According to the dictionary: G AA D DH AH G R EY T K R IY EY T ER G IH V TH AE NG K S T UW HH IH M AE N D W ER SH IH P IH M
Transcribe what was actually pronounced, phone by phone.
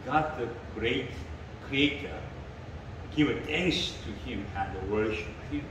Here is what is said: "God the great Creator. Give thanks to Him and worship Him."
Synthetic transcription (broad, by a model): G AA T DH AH G R EY T K R IY EY T ER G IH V T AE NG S T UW HH IH M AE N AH W ER SH IH P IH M